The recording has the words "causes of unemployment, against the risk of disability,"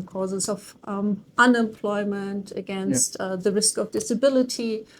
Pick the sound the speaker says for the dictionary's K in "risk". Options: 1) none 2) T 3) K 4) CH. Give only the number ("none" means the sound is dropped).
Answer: 3